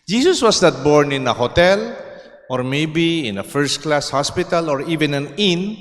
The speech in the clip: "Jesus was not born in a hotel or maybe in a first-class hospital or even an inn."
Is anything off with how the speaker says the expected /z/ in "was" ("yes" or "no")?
yes